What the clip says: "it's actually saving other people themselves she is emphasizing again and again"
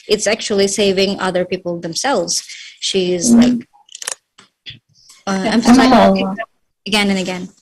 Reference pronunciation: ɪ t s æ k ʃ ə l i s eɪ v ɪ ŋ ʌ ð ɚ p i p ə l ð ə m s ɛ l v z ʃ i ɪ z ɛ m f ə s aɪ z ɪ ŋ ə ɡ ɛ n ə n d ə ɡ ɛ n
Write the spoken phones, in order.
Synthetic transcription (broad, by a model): ɪ t s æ k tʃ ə l i s eɪ v ɪ ŋ ʌ ð ɚ p i p l ð ə m s ɛ l v z ʃ i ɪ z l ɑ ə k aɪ s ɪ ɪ ə ɡ ɛ n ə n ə ɡ ɛ n